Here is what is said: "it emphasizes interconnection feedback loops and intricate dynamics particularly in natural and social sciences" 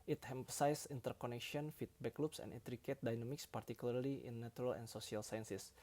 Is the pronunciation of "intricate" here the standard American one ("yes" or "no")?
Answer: no